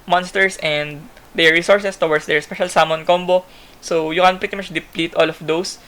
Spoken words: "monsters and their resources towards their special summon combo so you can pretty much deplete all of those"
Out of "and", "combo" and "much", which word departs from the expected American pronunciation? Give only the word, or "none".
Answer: none